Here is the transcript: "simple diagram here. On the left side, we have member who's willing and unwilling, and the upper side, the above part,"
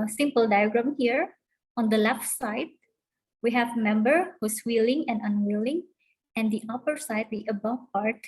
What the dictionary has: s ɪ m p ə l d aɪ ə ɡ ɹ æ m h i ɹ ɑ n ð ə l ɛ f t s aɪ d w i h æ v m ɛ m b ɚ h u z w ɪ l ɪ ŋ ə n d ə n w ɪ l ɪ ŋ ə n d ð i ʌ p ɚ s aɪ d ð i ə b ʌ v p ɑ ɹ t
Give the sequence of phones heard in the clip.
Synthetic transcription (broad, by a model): s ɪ m p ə l d aɪ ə ɡ ɹ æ m h i ɹ ɑ n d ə l ɛ f t s aɪ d w i h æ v m ɛ m b ɚ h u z w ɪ l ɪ ŋ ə n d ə n w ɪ l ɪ ŋ ə n d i ʌ p ɚ s aɪ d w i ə b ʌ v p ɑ ɹ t